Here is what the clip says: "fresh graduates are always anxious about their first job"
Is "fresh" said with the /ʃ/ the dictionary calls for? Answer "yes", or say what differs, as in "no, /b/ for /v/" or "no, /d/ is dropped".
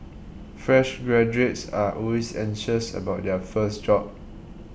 yes